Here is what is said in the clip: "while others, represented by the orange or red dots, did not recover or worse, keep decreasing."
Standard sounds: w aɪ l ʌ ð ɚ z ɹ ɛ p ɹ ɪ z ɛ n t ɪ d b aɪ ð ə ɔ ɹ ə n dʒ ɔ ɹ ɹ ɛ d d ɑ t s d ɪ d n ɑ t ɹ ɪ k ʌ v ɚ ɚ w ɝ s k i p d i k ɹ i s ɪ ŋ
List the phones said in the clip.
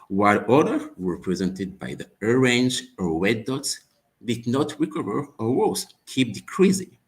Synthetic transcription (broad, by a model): w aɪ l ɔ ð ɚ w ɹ p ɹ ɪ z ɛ n t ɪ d b aɪ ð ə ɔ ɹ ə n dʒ ɔ ɹ w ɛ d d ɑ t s d ɪ d n ɑ t ɹ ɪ k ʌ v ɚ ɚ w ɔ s k i p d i k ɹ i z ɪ